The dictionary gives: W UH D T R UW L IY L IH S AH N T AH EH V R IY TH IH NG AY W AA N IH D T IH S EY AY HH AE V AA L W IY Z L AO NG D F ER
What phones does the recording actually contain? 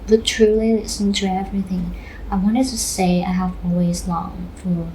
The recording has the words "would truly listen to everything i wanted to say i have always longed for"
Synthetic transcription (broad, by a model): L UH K T R UW L IY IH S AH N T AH EH V R IY TH IH NG AY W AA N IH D T IH S EY AY HH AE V AA L W IY Z L AO NG F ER